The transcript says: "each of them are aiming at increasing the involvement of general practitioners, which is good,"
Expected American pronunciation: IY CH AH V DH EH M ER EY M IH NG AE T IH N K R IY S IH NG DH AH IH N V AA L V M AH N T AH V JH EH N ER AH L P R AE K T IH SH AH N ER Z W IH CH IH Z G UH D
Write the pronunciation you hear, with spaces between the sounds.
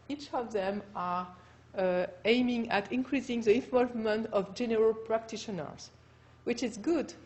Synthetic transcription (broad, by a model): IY CH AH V DH EH M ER EY M IH NG AE T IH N K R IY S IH NG DH AH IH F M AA V M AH N T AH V JH EH N ER AH L P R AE K T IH SH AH N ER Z W IH CH IH Z G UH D